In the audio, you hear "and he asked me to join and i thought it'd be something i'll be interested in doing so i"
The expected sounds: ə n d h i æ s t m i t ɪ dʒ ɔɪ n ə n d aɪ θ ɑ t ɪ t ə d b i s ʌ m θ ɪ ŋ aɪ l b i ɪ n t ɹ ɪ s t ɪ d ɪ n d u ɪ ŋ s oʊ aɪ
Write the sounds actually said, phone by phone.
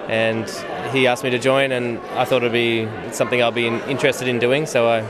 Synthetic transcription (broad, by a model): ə n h i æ s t m i t ɪ dʒ ɔɪ n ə n aɪ θ ɑ t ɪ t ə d b i s ʌ m θ ɪ ŋ aɪ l b i ɪ n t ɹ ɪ s t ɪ d ɪ n d u ɪ ŋ s oʊ aɪ